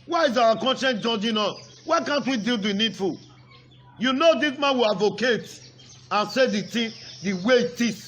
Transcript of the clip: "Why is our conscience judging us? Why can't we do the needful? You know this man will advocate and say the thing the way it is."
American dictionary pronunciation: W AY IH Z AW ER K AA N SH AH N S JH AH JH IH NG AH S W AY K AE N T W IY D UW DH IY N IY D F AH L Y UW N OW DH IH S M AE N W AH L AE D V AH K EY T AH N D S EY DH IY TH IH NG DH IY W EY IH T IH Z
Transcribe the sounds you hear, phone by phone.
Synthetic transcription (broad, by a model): W AY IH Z AW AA K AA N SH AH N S JH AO JH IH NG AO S W AY K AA N T W IY D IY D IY N IY D F AH L Y UW N OW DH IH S M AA N W AH L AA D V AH K EY T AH N S EY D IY T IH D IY W EY IH T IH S